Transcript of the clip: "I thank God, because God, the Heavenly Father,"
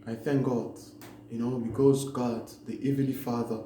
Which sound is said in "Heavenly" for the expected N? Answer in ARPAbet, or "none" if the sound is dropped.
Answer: none